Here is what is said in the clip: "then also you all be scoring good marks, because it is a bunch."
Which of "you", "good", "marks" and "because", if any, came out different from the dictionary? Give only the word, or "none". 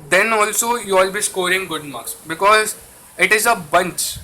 marks